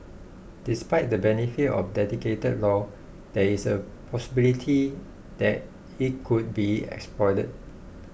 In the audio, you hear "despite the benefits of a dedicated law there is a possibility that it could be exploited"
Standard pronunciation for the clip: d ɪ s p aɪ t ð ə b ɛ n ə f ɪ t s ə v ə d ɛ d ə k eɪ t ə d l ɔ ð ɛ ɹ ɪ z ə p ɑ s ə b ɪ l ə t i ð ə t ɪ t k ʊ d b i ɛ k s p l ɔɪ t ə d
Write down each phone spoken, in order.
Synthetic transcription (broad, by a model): d ɪ s p aɪ t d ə b ɛ n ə f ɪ t ə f d ɛ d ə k eɪ t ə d l ɔ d ɛ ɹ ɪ s ə p ɑ s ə b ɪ l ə t i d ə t ɪ t k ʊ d b i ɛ k s p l ɔɪ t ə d